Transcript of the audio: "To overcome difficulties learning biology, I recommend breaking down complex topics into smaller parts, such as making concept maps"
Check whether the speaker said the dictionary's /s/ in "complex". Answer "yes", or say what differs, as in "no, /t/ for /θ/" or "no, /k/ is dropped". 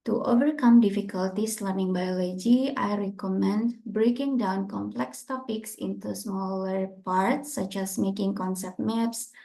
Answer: yes